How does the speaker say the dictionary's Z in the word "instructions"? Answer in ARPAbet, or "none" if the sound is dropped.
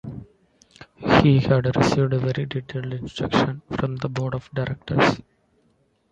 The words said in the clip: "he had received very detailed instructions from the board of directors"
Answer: none